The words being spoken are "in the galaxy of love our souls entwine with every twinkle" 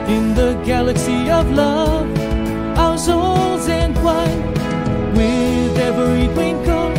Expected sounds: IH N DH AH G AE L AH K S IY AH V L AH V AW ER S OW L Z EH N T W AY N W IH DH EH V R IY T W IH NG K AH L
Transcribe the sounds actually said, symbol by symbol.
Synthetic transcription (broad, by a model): IH N DH AH G AE L AH K S IY AH V L AH V AW ER S OW L Z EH N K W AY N W IH DH EH V R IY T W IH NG K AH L